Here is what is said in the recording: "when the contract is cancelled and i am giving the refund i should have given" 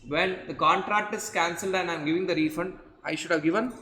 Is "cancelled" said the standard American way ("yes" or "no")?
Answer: yes